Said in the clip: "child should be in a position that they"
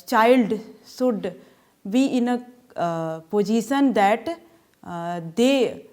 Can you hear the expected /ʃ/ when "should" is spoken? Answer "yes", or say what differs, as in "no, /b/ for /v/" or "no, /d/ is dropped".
no, /s/ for /ʃ/